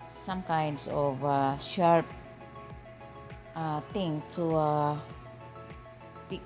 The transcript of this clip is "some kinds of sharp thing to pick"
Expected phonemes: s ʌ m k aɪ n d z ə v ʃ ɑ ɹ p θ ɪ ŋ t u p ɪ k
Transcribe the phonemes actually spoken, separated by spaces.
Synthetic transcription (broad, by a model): s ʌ m k aɪ n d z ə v ʃ ɑ ɹ p t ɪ ŋ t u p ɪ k